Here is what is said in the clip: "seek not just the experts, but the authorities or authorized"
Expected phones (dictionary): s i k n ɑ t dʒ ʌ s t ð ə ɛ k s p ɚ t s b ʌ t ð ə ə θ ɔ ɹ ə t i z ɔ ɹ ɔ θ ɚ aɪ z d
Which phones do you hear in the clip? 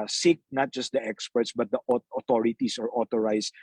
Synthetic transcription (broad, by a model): s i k n ɑ t dʒ ʌ s t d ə ɛ k s p ɚ t s b ʌ t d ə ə t ɔ ɹ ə t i s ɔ ɹ ɔ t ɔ aɪ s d